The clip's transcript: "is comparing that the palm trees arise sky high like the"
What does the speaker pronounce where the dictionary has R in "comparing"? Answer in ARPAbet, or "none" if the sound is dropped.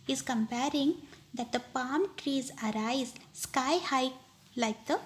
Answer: R